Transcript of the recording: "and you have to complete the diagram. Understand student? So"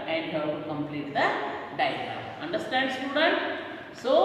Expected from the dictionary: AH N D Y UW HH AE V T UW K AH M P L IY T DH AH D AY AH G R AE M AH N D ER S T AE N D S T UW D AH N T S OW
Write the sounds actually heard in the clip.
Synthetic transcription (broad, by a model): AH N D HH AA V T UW K AH M P L IY T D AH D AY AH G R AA AH N D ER S T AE N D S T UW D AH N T S OW